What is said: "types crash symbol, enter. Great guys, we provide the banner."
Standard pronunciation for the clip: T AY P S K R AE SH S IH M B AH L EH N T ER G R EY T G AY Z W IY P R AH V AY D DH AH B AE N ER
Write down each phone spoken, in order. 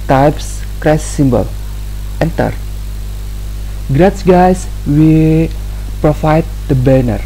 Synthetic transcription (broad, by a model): T AY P S K R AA S S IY M B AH L EH N T ER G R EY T G AY S W IY P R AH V AY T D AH B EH N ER